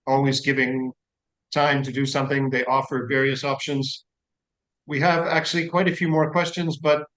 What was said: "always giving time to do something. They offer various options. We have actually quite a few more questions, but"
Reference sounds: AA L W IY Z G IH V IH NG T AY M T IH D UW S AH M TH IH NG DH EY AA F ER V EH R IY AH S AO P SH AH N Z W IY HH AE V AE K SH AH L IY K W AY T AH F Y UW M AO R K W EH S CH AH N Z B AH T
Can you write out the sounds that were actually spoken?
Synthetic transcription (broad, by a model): AA L W IY Z G IH V IH NG T AY M T IH D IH S AH M TH IH NG DH EY AA F ER V EH R IY AH S AO P SH AH N Z W IY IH V AE K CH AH L IY K W AY T AH F Y UW M AO R K W EH S CH AH N Z B AH T